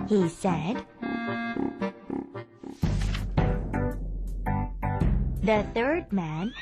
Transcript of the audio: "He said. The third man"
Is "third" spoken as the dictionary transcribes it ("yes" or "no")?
yes